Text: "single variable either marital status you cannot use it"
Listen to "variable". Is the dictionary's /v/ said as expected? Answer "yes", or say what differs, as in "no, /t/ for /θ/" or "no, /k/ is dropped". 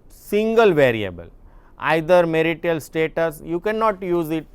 yes